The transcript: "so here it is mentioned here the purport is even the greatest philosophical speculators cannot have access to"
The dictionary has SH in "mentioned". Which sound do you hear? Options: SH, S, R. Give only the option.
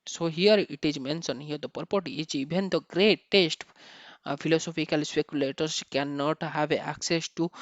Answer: S